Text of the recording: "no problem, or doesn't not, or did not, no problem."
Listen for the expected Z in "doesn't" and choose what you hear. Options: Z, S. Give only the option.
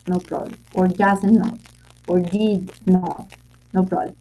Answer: S